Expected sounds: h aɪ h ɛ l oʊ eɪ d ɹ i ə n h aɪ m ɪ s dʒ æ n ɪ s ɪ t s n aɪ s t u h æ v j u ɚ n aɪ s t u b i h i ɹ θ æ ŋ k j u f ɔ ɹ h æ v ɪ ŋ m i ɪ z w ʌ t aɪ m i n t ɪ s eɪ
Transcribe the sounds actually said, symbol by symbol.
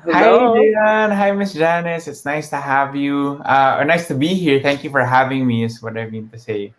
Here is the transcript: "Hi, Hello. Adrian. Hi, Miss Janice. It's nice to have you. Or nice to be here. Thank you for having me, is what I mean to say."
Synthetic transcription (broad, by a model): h h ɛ ɪ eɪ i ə n h aɪ m ɪ s dʒ æ n ɪ s ɪ t s n aɪ s t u h æ v j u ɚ n aɪ s t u b i h i ɹ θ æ ŋ k j u f ɔ ɹ h æ v ɪ ŋ m i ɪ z w ʌ t aɪ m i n t ɪ s eɪ